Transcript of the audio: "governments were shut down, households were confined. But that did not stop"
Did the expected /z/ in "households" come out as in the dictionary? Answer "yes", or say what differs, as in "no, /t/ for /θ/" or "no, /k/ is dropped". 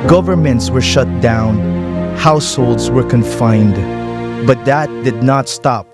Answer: yes